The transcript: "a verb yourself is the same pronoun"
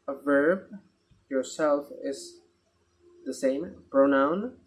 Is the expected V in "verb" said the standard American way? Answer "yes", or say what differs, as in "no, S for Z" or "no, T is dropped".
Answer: yes